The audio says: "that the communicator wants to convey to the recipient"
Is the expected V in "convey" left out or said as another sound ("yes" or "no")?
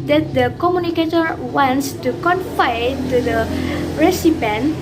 yes